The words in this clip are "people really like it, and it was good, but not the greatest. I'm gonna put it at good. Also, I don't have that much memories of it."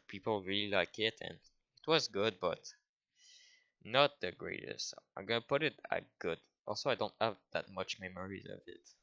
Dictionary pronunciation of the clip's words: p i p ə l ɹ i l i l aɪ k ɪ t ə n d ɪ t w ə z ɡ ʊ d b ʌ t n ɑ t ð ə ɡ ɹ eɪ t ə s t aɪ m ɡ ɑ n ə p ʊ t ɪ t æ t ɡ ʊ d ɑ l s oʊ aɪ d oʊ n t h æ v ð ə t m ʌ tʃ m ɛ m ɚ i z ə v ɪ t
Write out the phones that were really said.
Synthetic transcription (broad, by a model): p i p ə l ɹ i l i l aɪ k ɪ t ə n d ɪ t w ə z ɡ ʊ d b ʌ t n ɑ t ð ə ɡ ɹ eɪ t ə s t aɪ m ɡ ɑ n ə p ʊ t ɪ t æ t ɡ ʊ d ɑ l s oʊ aɪ d oʊ n t h æ v ð ə t m ʌ tʃ m ɛ m ɚ i z ə v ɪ t